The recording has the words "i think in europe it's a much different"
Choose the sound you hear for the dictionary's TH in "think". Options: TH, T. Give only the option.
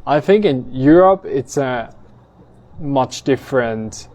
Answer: TH